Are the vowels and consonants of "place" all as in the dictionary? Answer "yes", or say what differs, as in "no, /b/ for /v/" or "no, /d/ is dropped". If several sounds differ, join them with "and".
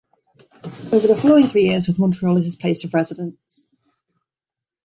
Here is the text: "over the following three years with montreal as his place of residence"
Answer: no, /l/ is dropped